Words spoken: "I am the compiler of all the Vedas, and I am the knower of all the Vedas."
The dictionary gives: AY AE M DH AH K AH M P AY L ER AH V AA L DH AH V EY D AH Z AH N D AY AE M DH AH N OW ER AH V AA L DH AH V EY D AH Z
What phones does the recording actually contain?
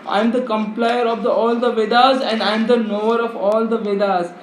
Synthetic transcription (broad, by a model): AY M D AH K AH M P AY ER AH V AA L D AH V EY D AH Z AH N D AY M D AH N OW ER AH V AA L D AH V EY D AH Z